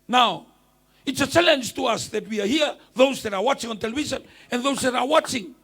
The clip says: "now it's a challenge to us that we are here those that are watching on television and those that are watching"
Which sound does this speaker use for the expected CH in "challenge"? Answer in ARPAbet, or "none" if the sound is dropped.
CH